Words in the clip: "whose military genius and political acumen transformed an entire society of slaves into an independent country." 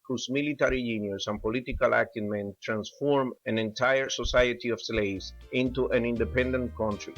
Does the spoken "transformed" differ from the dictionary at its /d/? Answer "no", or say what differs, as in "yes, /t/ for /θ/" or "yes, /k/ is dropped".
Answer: yes, /d/ is dropped